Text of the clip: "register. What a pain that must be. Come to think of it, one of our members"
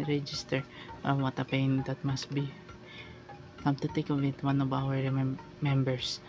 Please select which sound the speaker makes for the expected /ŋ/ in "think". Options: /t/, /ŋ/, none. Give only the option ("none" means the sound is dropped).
none